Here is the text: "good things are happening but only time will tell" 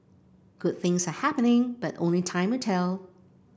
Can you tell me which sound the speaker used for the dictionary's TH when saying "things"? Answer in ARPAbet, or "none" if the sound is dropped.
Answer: TH